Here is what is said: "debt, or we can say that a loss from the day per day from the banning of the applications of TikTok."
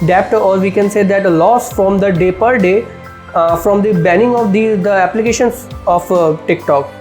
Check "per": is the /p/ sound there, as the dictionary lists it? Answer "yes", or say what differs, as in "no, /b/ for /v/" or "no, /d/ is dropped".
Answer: yes